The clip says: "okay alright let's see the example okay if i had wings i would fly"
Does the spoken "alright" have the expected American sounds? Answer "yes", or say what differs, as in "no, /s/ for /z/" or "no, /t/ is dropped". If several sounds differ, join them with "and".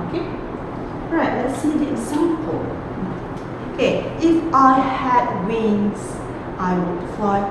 no, /l/ is dropped